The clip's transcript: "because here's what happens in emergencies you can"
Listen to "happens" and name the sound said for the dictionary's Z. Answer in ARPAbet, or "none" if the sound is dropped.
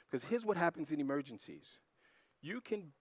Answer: Z